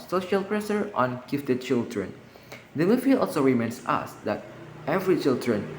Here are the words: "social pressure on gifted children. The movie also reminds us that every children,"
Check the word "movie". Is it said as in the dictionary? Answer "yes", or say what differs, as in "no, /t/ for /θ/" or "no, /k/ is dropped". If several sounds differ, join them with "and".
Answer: no, /f/ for /v/